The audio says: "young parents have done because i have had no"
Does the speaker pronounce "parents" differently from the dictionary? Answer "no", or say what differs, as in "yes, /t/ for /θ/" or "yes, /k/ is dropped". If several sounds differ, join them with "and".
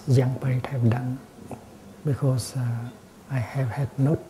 yes, /n/ is dropped and /s/ is dropped